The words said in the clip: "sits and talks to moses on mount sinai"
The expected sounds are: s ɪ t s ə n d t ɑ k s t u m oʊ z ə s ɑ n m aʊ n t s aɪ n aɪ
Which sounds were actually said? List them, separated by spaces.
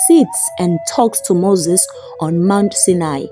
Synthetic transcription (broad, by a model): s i t s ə n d t ɑ k s t u m oʊ z ə s ɑ n m aʊ n t s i n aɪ